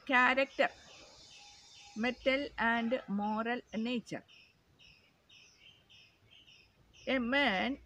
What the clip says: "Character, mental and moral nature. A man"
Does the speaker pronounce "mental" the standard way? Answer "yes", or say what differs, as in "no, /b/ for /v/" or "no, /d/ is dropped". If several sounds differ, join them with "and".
no, /n/ is dropped